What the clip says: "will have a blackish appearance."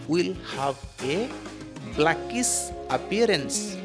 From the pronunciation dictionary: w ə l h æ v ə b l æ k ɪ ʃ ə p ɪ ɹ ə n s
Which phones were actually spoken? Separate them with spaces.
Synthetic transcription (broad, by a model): w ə l h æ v ə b l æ k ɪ s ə p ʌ ɹ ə n s